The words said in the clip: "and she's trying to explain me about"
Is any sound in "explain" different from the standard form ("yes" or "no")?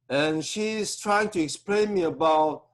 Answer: no